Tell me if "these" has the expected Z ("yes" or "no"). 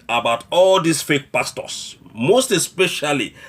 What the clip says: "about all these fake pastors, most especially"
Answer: no